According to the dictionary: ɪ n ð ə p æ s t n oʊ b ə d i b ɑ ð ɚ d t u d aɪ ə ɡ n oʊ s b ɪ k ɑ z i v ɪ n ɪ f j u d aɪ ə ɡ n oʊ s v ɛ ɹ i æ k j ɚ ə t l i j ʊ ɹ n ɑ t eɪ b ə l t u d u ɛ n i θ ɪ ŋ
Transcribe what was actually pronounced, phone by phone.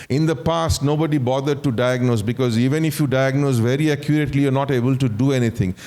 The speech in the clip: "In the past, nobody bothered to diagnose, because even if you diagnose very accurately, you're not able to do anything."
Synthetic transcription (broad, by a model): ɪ n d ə p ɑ s t n oʊ b ə d i b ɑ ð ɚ d t u d aɪ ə ɡ n oʊ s b ɪ k ɑ z i v ɪ n ɪ f j u d aɪ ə ɡ n oʊ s v ɛ ɹ i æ k j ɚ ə t l i j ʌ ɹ n ɑ t eɪ b ə l t u d u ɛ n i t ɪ ŋ